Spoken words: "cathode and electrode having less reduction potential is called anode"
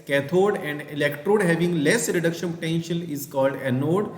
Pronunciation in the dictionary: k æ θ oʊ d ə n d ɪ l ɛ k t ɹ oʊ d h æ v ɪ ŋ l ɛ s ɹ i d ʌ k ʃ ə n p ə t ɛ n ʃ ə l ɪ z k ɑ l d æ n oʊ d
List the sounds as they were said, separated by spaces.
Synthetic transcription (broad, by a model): k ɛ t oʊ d ə n d ɪ l ɛ k t ɹ oʊ d h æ v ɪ ŋ l ɛ s ɹ i d ʌ k ʃ ə n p t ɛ n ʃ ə n ɪ z k ɑ l d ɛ n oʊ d